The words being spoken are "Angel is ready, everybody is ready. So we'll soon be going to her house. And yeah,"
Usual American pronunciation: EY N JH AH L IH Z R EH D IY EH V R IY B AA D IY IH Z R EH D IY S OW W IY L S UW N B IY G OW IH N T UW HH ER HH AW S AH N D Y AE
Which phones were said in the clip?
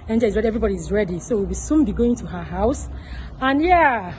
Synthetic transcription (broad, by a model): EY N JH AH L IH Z R EH D IY EH V R IY B AA D IY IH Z R EH D IY S OW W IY W S UW N B IY G OW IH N T UW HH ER HH AW S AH N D Y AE